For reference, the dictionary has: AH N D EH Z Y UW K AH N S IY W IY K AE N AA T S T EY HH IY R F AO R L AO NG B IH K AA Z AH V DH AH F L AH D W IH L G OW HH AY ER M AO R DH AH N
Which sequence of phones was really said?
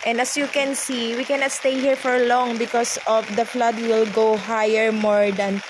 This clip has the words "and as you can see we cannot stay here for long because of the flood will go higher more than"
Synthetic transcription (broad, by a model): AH N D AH S Y UW K AH N S IY W IY K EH N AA T S T EY HH IY R F AO R L AO NG B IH K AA S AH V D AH F L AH D W IH L G OW HH AY ER M AO R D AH N